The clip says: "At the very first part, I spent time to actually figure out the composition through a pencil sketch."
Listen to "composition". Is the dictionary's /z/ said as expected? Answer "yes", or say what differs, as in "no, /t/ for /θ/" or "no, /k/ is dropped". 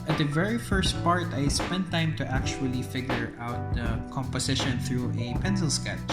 no, /s/ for /z/